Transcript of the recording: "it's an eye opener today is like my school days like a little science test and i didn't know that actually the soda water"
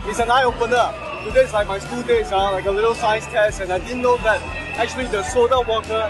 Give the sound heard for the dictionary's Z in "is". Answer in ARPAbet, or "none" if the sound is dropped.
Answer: S